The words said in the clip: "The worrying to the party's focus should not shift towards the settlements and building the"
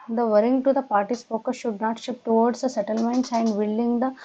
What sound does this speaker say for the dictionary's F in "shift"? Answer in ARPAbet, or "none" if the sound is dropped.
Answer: P